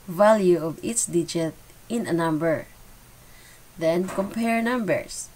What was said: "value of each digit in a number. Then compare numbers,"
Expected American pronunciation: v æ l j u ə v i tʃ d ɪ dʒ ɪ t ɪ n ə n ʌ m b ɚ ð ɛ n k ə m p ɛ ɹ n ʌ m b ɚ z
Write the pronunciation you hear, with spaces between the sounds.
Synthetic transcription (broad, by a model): v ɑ l j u ə v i s d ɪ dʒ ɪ t ɪ n ə n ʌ m b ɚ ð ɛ n k ə m p ɛ ɹ n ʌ m b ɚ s